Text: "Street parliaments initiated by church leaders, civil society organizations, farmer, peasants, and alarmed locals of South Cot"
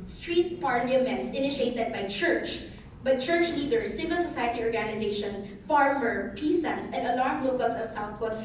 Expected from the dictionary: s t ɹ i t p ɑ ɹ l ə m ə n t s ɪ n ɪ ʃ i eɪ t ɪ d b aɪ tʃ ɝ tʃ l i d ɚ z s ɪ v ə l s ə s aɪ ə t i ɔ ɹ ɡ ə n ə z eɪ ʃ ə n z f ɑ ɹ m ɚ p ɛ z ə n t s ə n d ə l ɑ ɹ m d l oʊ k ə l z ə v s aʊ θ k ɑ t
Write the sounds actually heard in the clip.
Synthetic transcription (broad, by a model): s t ɹ i t p ɑ ɹ l ə m ə n t s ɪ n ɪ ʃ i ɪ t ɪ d b aɪ tʃ ɝ tʃ l i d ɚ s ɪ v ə l s ə s aɪ ə t i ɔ ɹ ɡ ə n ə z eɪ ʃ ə n s f ɑ ɹ m ɚ p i s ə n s ə n d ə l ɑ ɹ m l oʊ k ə l s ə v s aʊ θ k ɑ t